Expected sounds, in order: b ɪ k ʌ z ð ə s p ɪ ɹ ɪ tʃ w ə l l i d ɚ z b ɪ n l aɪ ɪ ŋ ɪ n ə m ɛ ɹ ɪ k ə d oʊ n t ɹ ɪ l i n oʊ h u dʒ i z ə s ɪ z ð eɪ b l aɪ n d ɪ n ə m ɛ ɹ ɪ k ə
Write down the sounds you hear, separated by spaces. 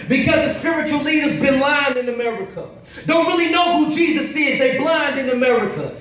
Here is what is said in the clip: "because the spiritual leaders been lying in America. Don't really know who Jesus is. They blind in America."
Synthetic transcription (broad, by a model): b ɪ k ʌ z ð ə s p ɪ ɹ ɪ tʃ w l l i d ɚ z b ɪ n l aɪ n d ɪ n ə m ɛ ɹ ɪ k ə d oʊ n t ɹ ɪ l i n oʊ h u dʒ i z ə s ɪ z ð eɪ b l aɪ n d ɪ n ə m ɛ ɹ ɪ k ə